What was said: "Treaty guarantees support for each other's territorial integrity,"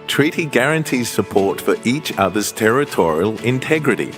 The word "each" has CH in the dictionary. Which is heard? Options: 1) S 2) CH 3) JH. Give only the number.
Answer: 2